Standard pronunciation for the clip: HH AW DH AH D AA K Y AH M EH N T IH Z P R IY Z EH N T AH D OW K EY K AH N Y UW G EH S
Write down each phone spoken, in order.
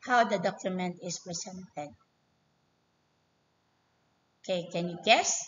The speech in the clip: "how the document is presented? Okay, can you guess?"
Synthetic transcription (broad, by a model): HH AW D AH D AA K Y AH M EH N T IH S P R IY S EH N T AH D OW K EY K AH N Y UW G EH S